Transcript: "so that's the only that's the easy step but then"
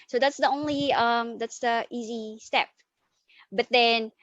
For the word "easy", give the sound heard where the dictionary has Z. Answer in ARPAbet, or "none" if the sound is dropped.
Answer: Z